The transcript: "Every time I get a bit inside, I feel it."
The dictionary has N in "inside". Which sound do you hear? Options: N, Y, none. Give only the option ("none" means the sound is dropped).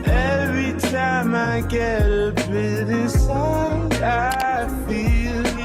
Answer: none